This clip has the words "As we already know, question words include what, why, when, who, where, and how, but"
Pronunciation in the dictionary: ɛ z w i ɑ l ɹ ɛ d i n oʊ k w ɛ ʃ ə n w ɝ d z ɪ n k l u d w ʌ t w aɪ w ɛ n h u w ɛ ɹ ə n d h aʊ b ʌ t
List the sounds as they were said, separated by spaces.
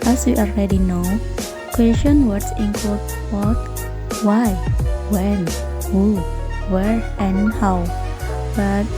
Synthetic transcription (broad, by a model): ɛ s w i ɑ l ɹ ɛ d i n oʊ k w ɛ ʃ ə n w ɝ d s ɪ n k u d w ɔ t w aɪ w ɛ n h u w ɛ ɹ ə n h aʊ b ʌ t